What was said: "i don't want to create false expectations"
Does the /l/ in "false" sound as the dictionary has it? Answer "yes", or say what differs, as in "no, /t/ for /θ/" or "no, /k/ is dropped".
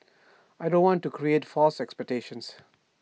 yes